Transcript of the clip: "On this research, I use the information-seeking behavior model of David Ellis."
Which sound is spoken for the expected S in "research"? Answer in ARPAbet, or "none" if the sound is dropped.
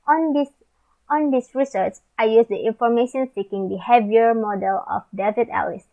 S